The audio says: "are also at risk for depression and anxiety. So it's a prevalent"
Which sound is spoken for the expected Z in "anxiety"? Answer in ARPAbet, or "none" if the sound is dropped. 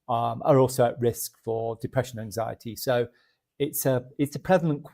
Z